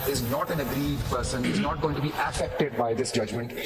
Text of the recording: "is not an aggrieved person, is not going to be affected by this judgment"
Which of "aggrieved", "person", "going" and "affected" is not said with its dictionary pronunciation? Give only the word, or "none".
aggrieved